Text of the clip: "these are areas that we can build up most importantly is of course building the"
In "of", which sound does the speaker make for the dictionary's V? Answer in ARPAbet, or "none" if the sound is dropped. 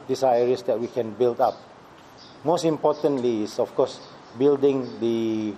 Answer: F